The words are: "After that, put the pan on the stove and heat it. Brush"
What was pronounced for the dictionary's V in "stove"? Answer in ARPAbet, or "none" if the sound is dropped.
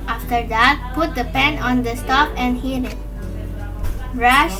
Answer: P